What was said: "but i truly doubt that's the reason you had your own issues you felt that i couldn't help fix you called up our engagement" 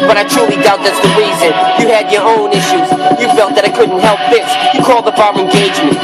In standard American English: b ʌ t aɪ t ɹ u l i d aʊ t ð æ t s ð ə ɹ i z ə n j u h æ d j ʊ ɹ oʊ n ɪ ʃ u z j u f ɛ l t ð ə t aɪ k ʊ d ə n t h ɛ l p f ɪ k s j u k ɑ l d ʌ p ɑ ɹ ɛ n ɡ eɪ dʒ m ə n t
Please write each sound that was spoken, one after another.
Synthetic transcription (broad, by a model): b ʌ t aɪ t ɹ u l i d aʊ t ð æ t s ð ə ɹ i z ə n j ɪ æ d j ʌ ɹ oʊ n ɪ ʃ u z j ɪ f ɛ l t ð ə t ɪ k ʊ d n t h ɛ l p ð ɪ s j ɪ k ɑ l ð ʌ b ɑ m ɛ n ɡ eɪ dʒ m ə n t